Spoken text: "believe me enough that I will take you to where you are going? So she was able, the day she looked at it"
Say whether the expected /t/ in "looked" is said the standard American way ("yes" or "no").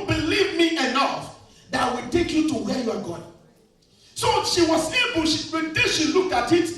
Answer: yes